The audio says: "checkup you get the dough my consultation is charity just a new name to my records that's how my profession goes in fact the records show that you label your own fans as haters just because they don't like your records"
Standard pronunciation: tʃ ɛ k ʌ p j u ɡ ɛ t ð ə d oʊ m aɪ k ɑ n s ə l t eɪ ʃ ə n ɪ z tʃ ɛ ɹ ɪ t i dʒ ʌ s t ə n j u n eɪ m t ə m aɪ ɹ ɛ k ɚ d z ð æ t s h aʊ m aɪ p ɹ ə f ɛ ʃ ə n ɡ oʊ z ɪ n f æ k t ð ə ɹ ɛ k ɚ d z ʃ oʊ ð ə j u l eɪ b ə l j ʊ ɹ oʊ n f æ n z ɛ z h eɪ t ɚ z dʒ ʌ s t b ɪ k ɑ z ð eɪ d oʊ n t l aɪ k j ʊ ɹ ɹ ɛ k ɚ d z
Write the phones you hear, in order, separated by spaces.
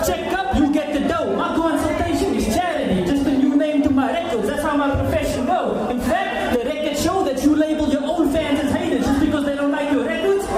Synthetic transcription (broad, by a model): tʃ ɛ k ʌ p j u ɡ ɛ t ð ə d oʊ m aɪ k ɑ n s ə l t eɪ ʃ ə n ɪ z tʃ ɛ ɹ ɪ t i dʒ ʌ s t ə n j u n eɪ m t ə m aɪ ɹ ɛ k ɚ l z ð æ t s h aʊ m aɪ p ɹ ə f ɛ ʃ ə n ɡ oʊ ɪ n f æ k t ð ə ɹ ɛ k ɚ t ʃ oʊ ð ə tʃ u l eɪ b ə l j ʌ ɹ oʊ n f æ n z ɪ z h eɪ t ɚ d dʒ ʌ s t b ɪ k ɑ z ð eɪ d oʊ n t l aɪ k j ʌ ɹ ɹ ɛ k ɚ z